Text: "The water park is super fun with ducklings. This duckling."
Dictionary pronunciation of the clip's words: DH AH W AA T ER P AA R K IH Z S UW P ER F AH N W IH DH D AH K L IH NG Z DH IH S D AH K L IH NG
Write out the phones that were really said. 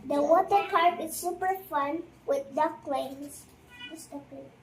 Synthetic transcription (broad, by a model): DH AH W AA T ER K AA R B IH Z S UW P ER F AH N W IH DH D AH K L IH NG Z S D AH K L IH